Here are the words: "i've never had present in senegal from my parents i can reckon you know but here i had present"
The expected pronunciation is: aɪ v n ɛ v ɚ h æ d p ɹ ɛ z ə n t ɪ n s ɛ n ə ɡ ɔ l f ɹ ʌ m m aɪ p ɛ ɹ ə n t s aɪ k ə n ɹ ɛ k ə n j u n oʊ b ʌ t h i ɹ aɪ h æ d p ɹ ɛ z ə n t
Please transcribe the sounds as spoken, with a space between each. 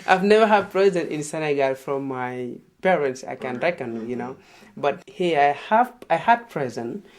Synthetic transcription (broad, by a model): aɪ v n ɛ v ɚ h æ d p ɹ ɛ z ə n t ɪ n s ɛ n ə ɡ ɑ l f ɹ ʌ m m aɪ p ɛ ɹ ə n t s aɪ k ə n ɹ ɛ k ə n j u n oʊ b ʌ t h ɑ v aɪ h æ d p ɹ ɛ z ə n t